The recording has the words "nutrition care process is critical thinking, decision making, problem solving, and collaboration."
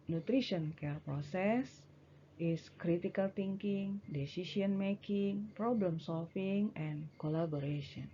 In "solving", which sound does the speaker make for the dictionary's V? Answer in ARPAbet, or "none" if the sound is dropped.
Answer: F